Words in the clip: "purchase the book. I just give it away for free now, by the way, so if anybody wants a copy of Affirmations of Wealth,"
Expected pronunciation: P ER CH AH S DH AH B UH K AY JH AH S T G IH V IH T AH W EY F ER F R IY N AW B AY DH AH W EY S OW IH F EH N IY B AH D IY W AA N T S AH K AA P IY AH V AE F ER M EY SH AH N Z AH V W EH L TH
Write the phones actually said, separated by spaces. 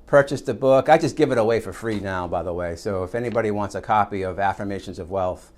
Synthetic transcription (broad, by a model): P ER CH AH S DH AH B UH K AY JH AH S G IH V IH T AH W EY F ER F R IY N AW B AY DH AH W EY S OW IH F EH N IY B AH D IY W AA N T S AH K AA P IY AH V AE F ER M EY SH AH N Z AH V W EH L TH